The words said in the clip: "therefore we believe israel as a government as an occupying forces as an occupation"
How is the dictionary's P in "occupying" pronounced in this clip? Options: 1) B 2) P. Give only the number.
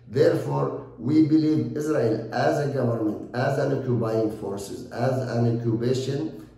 1